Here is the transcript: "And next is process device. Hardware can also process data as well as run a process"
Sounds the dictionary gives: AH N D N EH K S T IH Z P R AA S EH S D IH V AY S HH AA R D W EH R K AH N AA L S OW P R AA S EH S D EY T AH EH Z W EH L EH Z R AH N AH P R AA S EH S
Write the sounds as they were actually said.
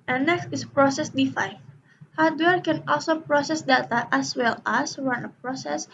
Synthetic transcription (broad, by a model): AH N N EH K S T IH S P R AA S EH S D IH F AY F HH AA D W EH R K AH N AA L S OW P R AA S EH S D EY T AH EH S W EH L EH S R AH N AH P R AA S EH S